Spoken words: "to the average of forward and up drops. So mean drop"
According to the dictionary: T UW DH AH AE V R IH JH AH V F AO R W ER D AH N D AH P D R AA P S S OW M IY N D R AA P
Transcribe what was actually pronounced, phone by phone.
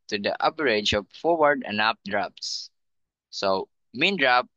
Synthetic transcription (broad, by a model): T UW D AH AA P R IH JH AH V F AO R W ER D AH N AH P D R AA P S S OW M IY N D R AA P